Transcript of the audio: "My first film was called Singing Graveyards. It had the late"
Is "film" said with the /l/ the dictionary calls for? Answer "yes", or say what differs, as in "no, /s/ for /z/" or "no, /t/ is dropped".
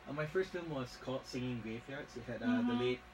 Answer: no, /l/ is dropped